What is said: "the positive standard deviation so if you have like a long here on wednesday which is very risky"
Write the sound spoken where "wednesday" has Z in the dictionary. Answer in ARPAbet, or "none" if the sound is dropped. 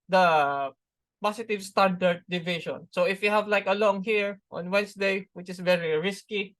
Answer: S